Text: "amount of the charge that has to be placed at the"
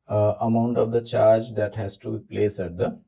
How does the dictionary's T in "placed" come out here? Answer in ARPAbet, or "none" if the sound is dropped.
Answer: none